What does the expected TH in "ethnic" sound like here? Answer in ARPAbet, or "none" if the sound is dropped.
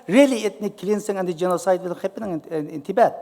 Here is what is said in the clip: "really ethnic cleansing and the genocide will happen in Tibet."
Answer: T